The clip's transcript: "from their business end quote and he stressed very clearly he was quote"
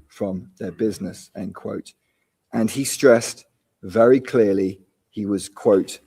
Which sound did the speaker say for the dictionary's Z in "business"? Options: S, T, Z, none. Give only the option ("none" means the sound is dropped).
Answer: Z